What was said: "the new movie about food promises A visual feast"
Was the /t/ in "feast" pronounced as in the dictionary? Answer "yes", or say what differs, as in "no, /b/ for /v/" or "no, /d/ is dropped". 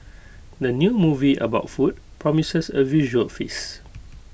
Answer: no, /t/ is dropped